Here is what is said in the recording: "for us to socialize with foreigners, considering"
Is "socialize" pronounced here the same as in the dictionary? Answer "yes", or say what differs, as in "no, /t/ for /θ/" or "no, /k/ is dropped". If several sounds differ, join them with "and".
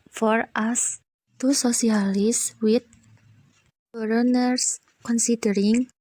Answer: no, /s/ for /ʃ/ and /s/ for /z/